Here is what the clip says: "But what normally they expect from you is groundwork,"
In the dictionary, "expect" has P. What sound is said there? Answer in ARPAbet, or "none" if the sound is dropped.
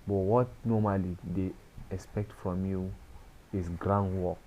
P